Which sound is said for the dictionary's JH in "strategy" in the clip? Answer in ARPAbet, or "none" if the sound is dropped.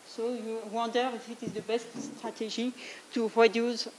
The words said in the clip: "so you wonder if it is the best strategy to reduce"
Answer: ZH